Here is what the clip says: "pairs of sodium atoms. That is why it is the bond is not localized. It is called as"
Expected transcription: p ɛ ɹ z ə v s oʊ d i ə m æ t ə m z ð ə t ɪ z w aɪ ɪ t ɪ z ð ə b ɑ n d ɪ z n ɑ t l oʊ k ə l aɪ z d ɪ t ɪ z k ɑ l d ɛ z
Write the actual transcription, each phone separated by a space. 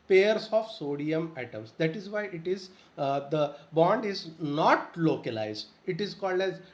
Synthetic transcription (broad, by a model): p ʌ ɹ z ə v s oʊ d i ə m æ t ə m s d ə t ɪ z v aɪ ɪ t ɪ z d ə b ɑ n d ɪ z n ɑ t l oʊ k ə l aɪ z d ɪ t ɪ z k ɑ l d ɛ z